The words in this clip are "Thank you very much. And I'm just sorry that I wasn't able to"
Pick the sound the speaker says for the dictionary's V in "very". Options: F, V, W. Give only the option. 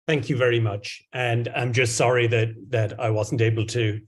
V